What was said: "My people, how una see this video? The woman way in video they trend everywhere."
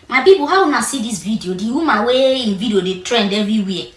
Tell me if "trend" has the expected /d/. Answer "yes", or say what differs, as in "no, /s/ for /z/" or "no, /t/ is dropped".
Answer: yes